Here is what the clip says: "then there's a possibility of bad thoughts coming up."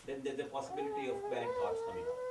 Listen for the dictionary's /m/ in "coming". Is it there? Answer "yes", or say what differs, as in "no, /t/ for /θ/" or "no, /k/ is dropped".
no, /m/ is dropped